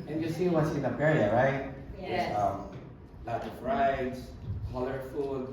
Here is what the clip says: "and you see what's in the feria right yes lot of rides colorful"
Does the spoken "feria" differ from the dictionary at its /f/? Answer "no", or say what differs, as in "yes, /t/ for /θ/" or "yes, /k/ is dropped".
yes, /p/ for /f/